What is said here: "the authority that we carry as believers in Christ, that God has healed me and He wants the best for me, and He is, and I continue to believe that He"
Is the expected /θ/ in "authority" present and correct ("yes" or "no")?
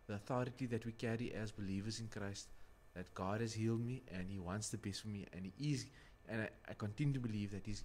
yes